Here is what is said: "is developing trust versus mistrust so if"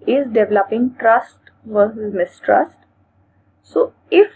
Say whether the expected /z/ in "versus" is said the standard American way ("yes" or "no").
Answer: no